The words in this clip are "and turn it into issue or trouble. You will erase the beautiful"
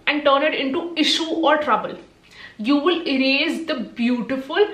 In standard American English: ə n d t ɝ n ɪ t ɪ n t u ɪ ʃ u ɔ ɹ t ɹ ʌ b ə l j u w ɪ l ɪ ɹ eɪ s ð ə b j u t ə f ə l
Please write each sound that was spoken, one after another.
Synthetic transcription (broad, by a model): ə n d t ɝ n ɪ t ɪ n t u ɪ ʃ u ɔ ɹ t ɹ ʌ b ə l j u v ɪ l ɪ ɹ eɪ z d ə b j u t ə f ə l